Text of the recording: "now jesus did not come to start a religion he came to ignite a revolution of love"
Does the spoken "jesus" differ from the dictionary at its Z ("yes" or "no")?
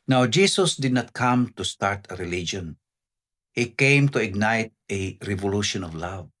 yes